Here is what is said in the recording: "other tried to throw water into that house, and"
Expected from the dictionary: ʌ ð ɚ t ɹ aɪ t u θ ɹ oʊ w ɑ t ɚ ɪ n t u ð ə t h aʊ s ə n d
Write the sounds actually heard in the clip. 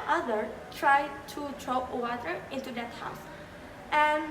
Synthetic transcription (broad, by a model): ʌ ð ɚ t ɹ aɪ t u t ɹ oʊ w ɑ t ɚ ɪ n t u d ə t h aʊ s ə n